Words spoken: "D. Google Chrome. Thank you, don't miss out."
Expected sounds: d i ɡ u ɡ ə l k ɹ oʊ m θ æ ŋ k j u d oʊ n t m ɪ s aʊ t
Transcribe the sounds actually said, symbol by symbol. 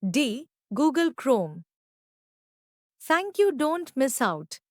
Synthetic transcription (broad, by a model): d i ɡ u ɡ ə l k ɹ oʊ m t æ ŋ k j u d oʊ n t m ɪ s aʊ t